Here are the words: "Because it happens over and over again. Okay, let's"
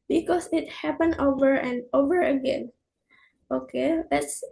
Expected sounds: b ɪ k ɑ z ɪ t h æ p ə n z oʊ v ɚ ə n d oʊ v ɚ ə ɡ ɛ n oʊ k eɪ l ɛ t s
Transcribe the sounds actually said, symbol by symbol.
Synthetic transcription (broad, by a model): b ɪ k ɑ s ɪ t h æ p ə n oʊ v ɚ ə n d oʊ v ɚ ə ɡ ɛ n oʊ k eɪ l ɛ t s